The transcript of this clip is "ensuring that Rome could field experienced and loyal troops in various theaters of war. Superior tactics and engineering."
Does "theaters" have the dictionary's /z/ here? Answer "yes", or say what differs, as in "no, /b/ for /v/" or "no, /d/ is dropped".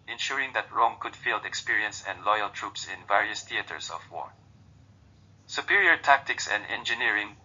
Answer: no, /s/ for /z/